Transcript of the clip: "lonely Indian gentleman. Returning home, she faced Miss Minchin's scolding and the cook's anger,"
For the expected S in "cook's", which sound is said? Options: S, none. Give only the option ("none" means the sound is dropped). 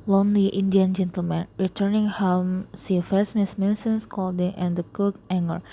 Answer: none